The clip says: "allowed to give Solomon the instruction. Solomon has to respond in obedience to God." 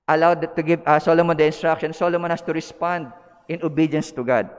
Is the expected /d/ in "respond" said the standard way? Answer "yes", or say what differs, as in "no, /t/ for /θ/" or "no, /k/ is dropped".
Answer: yes